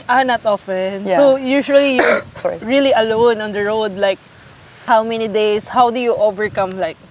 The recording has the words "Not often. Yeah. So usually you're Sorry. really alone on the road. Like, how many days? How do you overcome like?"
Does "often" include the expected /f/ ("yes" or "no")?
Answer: yes